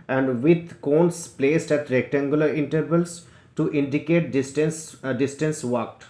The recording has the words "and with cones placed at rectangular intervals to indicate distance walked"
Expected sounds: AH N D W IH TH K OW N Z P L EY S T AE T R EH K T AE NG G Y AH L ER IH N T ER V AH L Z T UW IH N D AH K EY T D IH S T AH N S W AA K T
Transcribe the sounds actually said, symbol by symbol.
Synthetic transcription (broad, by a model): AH N D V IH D K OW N S P L EY S T AE T R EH K T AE NG G Y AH L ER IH N T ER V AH L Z T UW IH N D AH K EY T D IH S T AH N S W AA K T